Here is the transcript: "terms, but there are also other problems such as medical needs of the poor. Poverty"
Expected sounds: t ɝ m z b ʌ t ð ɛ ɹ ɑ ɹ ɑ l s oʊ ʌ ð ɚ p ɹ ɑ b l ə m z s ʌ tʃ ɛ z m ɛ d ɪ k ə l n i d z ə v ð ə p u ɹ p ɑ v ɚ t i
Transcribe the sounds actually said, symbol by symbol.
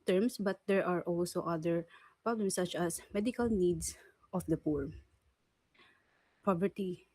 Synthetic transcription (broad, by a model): t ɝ m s b ʌ t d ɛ ɹ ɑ ɹ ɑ l s oʊ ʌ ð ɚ p ɹ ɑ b l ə m s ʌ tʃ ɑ s m ɛ d ɪ k ə l n i d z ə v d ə p u ɹ p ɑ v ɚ t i